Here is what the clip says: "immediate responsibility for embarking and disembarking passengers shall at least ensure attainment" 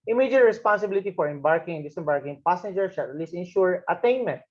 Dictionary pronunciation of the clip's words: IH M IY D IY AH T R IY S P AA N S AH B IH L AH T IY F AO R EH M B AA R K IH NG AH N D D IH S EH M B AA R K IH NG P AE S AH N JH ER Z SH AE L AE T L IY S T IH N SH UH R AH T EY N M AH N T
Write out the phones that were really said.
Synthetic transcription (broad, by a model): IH M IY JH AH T R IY S P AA N S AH B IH L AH T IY F AO R EH M B AA R K IH NG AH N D D IH S EH M B AA R K IH NG P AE S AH N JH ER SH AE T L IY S IH N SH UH R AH T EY N M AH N T